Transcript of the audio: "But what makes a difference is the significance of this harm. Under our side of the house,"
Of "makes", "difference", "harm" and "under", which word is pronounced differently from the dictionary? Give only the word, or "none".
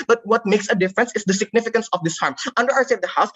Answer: none